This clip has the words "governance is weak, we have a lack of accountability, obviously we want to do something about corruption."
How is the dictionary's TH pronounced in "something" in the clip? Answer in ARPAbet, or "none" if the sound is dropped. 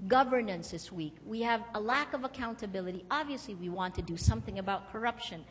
TH